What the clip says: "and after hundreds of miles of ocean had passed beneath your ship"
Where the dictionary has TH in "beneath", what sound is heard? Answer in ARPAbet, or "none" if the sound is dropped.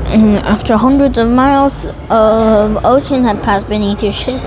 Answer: TH